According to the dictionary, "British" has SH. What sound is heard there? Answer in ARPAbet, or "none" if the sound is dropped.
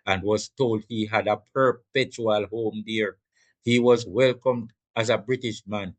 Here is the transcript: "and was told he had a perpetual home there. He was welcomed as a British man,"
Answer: SH